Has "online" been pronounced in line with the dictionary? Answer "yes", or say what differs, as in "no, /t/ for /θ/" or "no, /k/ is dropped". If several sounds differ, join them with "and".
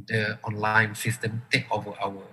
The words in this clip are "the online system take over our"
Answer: yes